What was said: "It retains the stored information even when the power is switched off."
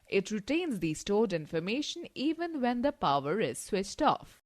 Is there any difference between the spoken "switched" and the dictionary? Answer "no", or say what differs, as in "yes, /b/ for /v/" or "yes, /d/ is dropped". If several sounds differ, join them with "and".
no